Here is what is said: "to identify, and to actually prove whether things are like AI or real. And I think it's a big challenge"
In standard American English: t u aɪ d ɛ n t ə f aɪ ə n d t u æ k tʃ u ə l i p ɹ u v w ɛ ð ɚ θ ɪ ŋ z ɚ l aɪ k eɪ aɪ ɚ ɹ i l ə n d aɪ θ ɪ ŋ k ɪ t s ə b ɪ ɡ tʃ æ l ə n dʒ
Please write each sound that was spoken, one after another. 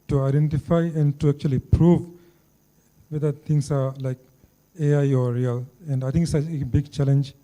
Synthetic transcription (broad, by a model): t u aɪ d ɛ n t ə f aɪ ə n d t u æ k tʃ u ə l i p ɹ u v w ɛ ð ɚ t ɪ ŋ s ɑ l aɪ k eɪ aɪ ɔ ɹ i l ə n d aɪ t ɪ ŋ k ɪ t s ə b ɪ ɡ tʃ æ l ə n dʒ